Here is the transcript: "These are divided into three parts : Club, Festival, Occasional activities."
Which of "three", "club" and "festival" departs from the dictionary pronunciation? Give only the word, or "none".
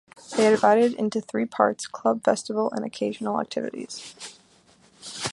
festival